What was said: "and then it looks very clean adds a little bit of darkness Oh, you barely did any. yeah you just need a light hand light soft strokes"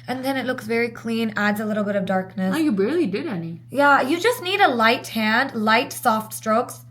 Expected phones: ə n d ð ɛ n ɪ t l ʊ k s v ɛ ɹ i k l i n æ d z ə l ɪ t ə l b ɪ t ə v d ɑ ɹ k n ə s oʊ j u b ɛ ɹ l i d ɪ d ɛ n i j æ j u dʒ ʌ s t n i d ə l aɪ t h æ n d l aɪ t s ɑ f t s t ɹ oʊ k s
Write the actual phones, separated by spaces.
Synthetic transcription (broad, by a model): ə n ð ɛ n ɪ t l ʊ k s v ɛ ɹ i k l i n æ d z ə l ɪ t l b ɪ t ə v d ɑ ɹ k n ə s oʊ j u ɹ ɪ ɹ l i d ɪ d ɛ n i j æ j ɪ dʒ ʌ s t n i d ə l aɪ t h æ n d l aɪ t s ɑ f t s t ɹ oʊ k s